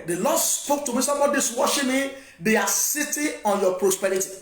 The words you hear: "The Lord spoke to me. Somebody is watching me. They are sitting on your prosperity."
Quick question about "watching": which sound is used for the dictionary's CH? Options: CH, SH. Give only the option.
SH